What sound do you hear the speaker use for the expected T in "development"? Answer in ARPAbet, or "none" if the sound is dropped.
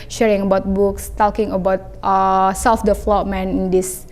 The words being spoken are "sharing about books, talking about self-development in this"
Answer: none